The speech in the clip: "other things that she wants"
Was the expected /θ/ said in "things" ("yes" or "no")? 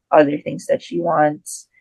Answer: yes